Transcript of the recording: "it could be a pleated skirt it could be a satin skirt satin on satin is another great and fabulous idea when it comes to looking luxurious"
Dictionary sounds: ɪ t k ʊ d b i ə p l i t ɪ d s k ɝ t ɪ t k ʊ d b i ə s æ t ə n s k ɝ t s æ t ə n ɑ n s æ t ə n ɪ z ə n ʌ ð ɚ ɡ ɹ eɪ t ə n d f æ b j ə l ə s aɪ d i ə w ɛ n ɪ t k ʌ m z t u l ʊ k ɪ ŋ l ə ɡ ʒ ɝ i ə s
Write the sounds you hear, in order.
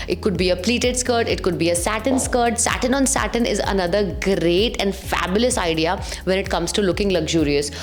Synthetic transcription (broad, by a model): ɪ t k ʊ d b i ə p l i t ɪ d s k ɝ t ɪ t k ʊ d b i ə s æ t ə n s k ɝ t s æ t ə n ɑ n s æ t ə n ɪ z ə n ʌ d ɚ ɡ ɹ eɪ t ə n d f æ b j ə l ə s aɪ d i ə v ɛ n ɪ t k ʌ m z t u l ʊ k ɪ ŋ l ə ɡ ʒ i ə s